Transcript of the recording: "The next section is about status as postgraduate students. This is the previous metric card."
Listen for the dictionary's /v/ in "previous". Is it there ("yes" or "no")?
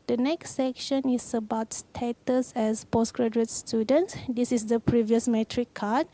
yes